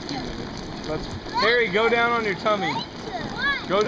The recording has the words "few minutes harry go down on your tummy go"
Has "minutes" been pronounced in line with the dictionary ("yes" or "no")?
no